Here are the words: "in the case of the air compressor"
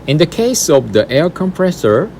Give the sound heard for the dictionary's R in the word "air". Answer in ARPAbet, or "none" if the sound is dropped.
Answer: L